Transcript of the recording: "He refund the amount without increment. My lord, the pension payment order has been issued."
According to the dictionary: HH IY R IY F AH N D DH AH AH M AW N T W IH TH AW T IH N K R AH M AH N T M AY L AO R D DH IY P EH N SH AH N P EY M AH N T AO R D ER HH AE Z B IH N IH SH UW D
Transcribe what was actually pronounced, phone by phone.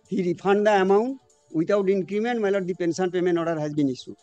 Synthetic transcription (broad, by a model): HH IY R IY P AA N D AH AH M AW N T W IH T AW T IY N K R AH M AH N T M AY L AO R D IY P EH N S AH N P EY M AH N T AO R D HH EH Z B IH N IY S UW